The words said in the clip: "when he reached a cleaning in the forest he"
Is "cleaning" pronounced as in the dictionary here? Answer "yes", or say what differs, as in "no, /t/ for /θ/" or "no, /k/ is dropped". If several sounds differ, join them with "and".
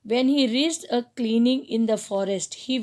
yes